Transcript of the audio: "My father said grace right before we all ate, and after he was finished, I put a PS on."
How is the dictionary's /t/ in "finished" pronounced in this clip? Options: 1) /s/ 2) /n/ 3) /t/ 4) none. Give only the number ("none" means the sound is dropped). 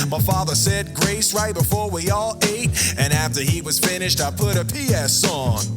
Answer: 3